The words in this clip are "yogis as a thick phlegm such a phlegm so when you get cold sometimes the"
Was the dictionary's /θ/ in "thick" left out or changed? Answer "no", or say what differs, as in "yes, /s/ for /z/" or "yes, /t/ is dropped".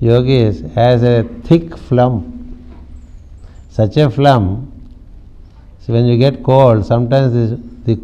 yes, /t/ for /θ/